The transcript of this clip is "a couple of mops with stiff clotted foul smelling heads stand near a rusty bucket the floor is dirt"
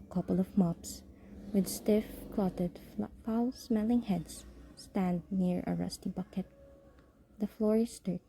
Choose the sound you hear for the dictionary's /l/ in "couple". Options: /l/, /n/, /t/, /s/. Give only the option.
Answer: /l/